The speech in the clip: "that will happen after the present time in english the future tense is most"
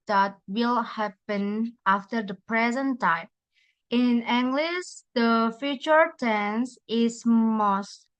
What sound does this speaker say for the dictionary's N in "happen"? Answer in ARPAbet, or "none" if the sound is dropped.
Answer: N